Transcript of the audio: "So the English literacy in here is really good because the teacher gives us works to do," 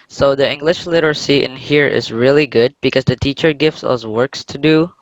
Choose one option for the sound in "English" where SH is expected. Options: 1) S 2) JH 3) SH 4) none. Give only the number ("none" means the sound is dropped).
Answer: 3